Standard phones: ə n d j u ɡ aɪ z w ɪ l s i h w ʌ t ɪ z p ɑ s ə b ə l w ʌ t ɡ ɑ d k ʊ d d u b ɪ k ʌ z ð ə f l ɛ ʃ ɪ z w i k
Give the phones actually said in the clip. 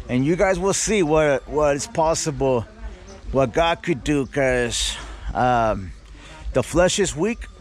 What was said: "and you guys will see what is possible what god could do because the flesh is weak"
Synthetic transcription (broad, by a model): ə n j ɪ ɡ aɪ z w ɪ l s i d w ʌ t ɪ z p ɑ s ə b l w ʌ t ɡ ɑ d k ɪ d d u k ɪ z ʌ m ð ə f l ɛ ʃ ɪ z w i k